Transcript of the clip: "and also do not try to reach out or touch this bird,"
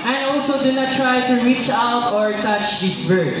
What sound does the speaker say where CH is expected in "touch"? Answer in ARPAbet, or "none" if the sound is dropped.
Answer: CH